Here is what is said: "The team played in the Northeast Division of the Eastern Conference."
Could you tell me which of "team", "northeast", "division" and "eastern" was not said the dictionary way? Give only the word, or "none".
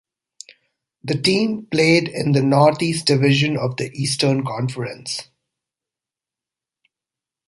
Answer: northeast